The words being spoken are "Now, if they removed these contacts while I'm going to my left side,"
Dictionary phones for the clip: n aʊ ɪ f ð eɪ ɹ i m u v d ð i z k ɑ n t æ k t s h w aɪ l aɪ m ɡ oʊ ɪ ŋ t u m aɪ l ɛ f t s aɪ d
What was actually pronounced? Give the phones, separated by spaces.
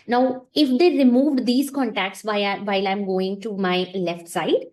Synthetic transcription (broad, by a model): n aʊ ɪ f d eɪ ɹ i m u v d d i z k ɑ n t æ k t s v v aɪ l aɪ m ɡ oʊ ɪ ŋ t u m aɪ l ɛ f t s aɪ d